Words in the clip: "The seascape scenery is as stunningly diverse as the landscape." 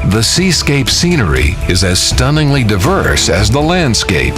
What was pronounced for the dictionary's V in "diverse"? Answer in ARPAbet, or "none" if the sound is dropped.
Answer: V